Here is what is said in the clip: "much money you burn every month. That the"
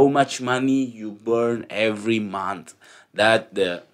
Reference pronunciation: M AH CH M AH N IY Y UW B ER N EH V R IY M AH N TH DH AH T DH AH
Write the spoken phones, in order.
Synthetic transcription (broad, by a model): M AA CH M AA N IY Y UW B ER N EH V R IY M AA N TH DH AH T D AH